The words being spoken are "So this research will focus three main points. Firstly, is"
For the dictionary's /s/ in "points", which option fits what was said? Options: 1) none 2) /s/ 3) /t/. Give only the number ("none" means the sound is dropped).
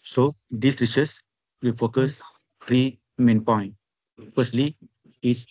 1